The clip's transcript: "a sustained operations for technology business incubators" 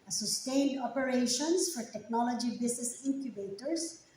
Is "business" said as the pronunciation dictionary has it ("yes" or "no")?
no